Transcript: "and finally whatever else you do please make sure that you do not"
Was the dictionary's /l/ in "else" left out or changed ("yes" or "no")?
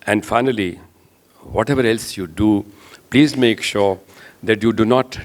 no